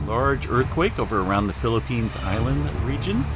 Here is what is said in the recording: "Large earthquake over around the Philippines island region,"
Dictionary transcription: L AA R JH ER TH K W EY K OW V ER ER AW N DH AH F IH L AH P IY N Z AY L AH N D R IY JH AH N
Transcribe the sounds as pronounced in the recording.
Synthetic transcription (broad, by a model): L AA R JH ER TH K W EY K OW V ER ER AW N DH AH F IH L AH P IY N Z AY L AH N D R IY JH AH N